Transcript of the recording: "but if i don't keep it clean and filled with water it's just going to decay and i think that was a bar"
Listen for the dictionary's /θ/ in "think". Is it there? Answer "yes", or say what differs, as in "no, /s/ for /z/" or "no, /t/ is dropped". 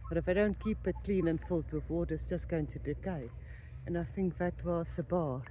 yes